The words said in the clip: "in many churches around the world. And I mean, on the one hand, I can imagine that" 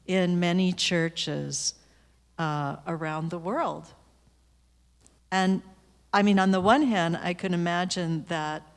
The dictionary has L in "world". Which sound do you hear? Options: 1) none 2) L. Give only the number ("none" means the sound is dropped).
2